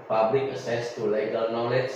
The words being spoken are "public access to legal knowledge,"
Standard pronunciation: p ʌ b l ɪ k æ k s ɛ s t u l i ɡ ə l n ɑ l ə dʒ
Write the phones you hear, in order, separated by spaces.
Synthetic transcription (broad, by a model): p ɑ b l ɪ k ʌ s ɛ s t u l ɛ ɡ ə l n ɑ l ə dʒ